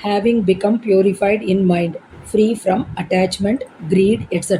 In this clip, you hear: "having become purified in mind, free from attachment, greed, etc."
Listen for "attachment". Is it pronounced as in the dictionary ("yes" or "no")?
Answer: yes